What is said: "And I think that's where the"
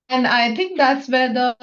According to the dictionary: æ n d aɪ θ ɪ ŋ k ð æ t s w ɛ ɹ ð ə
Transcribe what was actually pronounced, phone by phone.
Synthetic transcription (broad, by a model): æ n d aɪ t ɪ ŋ k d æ t s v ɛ ɹ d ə